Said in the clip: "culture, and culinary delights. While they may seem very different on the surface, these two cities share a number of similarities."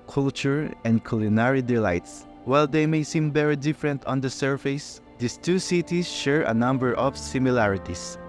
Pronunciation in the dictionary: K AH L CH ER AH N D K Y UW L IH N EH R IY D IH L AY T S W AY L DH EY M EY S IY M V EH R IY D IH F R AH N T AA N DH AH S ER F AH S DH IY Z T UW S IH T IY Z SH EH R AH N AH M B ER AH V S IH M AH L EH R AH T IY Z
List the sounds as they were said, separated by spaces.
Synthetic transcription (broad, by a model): K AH L CH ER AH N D K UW L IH N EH R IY D IH L AY T S W AY L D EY M EY S IY M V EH R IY D IH F R AH N T AA N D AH S ER F AH S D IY S T UW S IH T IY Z SH EH R AH N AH M B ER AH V S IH M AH L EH R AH T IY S